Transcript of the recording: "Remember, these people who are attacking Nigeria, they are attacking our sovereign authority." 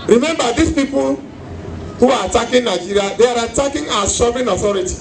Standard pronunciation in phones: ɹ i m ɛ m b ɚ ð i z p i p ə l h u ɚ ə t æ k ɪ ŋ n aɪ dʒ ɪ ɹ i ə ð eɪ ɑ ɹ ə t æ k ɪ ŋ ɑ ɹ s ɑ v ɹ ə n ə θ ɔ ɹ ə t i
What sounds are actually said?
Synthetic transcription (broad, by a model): ɹ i m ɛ m b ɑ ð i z p i p ə l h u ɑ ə t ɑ k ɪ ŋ n aɪ dʒ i ɹ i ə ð eɪ ɑ ɹ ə t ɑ k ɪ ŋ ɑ s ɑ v ə n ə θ ɔ ɹ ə t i